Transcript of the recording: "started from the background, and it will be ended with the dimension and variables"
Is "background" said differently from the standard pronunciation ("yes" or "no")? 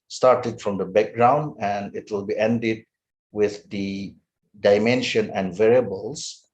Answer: no